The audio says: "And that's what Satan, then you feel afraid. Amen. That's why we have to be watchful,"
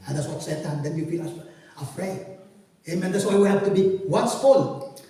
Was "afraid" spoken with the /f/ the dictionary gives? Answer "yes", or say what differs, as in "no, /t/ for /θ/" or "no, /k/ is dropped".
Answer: yes